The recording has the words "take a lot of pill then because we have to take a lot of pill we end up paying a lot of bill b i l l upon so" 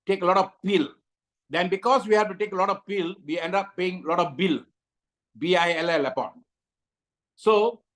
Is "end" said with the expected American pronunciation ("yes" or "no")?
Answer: yes